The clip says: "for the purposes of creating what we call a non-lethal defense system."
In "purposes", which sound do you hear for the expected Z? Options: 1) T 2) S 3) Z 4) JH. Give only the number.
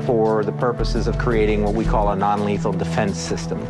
3